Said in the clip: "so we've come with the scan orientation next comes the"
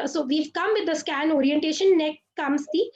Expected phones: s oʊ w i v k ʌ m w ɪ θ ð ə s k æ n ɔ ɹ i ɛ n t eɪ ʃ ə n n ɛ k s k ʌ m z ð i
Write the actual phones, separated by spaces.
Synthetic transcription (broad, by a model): s oʊ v i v k ʌ m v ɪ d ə s k æ n ɔ ɹ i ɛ n t eɪ ʃ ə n n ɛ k k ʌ m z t i